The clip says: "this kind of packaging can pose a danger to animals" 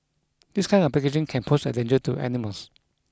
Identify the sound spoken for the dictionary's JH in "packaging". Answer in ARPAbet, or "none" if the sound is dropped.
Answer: SH